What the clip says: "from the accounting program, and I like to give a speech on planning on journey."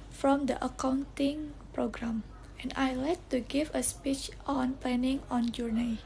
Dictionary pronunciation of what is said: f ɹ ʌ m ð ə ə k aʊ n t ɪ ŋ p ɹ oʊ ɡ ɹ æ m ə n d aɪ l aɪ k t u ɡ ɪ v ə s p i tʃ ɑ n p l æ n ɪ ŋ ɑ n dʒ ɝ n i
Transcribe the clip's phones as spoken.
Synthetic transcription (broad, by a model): f ɹ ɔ m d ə ə k aʊ n t ɪ ŋ p ɹ oʊ ɡ ɹ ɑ m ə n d aɪ l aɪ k t u ɡ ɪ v ə s p i tʃ ɑ n p l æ n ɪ ŋ ɑ n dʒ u n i